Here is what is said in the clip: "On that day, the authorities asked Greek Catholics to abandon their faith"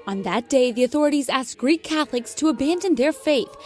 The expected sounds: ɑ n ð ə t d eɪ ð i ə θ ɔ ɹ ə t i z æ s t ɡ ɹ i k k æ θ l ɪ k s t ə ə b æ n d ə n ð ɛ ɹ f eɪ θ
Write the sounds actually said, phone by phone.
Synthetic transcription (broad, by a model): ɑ n ð ə t d eɪ ð i ə θ ɔ ɹ ə t i z æ s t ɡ ɹ i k k æ θ l ɪ k s t ə ə b æ n d ə n ð ɛ ɹ f eɪ θ